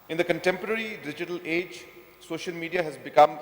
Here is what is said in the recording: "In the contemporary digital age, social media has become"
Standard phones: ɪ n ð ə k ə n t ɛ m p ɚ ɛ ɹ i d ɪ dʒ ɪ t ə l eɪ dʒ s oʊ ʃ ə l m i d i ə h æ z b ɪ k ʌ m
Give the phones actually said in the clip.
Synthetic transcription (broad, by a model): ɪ n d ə k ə n t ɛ m p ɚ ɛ ɹ i d ɪ dʒ ɪ t ə l eɪ dʒ s oʊ ʃ ə l m i d i ə h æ z b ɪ k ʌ m